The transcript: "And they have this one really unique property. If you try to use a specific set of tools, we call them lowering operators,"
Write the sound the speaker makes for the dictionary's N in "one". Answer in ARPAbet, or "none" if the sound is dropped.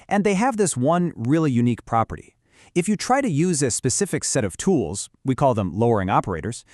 N